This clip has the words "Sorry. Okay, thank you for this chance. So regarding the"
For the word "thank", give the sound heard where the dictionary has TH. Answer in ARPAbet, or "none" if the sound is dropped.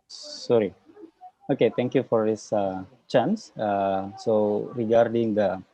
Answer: T